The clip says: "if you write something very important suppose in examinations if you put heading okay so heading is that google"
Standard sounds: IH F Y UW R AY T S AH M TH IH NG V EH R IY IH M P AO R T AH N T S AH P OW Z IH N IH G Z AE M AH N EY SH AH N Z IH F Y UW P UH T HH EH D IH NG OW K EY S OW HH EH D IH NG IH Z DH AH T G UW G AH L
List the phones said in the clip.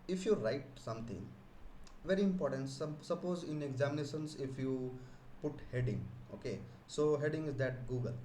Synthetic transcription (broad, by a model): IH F Y UW R AY T S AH M T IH NG V EH R IY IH M P AO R T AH N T S AH P OW Z IH N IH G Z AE M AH N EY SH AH N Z IH F Y UW P UH T HH EH D IH NG OW K EY S OW HH EH D IH NG IH Z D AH T G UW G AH L